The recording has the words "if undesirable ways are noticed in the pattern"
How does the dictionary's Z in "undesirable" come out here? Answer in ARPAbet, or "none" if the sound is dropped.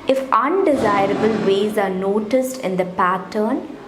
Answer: Z